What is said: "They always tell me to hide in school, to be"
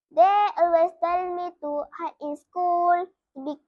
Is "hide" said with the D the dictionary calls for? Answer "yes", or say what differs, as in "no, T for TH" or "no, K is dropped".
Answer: no, D is dropped